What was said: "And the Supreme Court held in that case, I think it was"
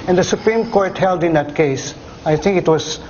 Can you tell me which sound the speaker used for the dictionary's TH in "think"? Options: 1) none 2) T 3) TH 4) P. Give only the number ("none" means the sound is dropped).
2